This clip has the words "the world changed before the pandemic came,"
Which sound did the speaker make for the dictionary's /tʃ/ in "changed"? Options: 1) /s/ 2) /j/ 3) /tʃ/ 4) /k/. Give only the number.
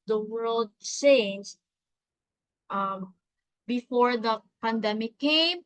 1